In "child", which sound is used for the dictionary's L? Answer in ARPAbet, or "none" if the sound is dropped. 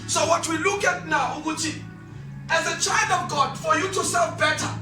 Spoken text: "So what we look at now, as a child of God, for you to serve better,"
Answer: L